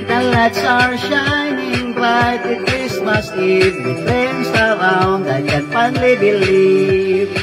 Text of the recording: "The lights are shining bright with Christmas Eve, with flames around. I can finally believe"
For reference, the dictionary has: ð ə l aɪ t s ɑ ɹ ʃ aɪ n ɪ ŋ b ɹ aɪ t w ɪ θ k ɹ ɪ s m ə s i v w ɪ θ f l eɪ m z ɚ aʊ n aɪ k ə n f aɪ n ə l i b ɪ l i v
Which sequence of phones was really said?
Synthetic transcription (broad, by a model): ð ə l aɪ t s ɑ ɹ ʃ aɪ n ɪ ŋ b l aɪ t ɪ k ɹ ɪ s m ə s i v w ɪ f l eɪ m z ɚ aʊ n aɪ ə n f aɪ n l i b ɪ l i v